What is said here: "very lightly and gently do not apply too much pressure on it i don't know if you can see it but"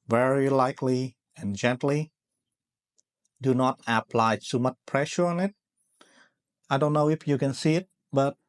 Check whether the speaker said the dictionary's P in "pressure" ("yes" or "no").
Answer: yes